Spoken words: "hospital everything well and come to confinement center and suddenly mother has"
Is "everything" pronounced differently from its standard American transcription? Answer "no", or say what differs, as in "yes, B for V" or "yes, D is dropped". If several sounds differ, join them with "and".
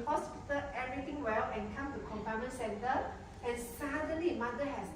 yes, V is dropped and T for TH